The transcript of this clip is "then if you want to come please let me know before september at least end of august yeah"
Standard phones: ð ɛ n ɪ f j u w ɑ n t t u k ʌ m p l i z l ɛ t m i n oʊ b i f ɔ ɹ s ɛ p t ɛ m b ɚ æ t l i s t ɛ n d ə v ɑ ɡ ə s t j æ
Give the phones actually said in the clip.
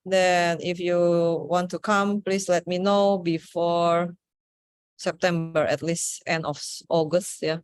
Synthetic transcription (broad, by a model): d ɛ n ɪ f j u w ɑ n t t u k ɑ m p l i s l ɛ t m i n oʊ b i f ɔ ɹ s ɛ p t ɛ m b ɚ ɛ t l i s t ɛ n d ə f ɑ ɡ ə s t j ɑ